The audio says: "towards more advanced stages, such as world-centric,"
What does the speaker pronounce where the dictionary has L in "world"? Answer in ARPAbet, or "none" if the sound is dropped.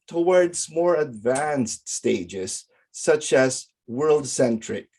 L